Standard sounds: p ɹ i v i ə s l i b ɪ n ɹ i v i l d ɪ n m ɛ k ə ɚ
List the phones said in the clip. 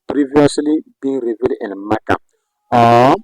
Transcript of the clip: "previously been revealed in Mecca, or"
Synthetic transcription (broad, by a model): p ɹ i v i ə s l i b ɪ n ɹ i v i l ɪ n m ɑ k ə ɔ